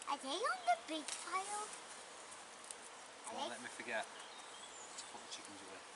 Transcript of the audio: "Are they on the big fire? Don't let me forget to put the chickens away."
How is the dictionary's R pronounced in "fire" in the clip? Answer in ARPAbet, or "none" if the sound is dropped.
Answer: L